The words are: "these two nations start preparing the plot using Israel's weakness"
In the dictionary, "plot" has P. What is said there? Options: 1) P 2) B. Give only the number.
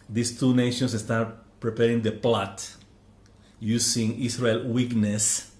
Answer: 1